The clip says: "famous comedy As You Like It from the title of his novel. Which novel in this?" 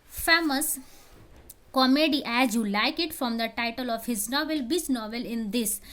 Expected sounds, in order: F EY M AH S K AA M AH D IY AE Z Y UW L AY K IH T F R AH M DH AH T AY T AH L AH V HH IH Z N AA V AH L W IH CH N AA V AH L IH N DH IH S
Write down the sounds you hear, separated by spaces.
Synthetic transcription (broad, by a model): F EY M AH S K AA M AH D IY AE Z Y UW L AY K IH T F R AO M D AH T AY T AH L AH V HH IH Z N AA V AH L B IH S N AA V AH L IH N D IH S